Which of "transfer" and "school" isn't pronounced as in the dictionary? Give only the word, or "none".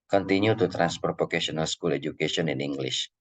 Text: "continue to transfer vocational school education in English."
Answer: transfer